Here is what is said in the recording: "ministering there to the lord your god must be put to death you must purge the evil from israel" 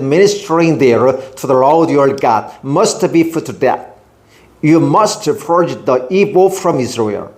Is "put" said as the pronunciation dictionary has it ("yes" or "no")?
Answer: no